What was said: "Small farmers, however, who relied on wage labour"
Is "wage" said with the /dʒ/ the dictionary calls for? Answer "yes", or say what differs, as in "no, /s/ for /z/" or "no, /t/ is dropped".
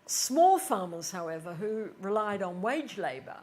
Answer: yes